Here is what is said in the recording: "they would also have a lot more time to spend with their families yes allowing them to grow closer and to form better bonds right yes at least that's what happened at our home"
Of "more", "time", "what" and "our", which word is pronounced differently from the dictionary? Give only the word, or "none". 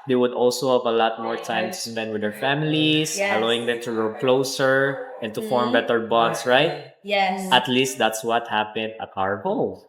none